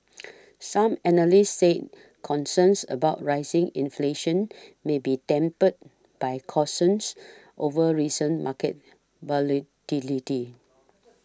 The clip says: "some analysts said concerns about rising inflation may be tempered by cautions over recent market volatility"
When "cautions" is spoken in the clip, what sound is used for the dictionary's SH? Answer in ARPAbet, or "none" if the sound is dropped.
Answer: S